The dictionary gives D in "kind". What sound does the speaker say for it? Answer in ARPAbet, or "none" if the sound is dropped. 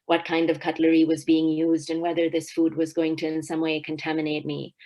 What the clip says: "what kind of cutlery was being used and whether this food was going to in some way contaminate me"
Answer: D